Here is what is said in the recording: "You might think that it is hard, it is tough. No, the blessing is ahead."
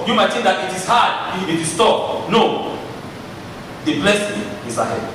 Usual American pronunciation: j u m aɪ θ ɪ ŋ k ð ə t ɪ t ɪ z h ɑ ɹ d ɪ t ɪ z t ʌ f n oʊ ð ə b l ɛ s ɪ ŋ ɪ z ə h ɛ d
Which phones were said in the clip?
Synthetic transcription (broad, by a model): j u m aɪ t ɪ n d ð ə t ɪ t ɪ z h ɑ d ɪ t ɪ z t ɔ p n oʊ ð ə b l ɛ s ɪ ŋ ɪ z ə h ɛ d